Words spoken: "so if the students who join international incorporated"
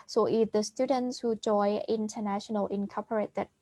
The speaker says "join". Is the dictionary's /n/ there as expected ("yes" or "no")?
no